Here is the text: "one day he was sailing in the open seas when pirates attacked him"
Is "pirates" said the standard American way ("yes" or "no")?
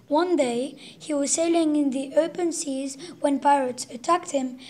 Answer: yes